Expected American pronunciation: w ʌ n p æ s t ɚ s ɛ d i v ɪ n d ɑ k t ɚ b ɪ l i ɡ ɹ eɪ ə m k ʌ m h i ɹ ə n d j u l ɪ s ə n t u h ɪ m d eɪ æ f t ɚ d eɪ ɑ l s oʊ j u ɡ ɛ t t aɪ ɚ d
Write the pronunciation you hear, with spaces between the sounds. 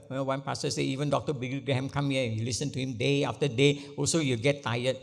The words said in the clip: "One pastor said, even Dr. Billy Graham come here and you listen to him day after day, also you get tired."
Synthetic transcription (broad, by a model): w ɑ n p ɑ s t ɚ s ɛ i v ɪ n d ɑ k t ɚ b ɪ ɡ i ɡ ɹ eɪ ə m k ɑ m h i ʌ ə n j u l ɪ s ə n t u h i m d eɪ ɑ f t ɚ d eɪ ɑ l s oʊ j u ɡ ɛ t t aɪ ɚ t